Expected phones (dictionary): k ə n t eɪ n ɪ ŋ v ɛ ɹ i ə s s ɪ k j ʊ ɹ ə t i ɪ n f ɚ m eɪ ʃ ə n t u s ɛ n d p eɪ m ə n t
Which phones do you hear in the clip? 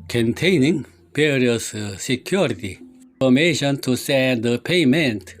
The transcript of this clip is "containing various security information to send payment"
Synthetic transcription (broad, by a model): k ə n t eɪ n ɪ ŋ p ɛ ɹ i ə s s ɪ k j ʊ ɹ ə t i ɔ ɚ m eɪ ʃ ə n t u s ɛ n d p eɪ m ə n t